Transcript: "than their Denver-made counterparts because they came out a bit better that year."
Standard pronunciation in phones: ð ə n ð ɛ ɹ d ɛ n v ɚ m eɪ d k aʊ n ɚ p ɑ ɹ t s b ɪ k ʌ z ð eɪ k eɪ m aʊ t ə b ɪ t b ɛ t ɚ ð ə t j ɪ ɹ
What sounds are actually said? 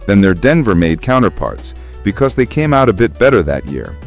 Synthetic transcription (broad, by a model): ð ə n ð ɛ ɹ d ɛ n v ɚ m eɪ d k aʊ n ɚ p ɑ ɹ t s b ɪ k ʌ z ð eɪ k eɪ m aʊ t ə b ɪ t b ɛ t ɚ ð ə t j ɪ ɹ